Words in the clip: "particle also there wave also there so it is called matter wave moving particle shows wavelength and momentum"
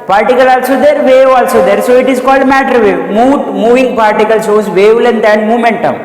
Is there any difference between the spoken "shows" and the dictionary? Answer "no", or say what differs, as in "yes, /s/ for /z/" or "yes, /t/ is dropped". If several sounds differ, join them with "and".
yes, /s/ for /ʃ/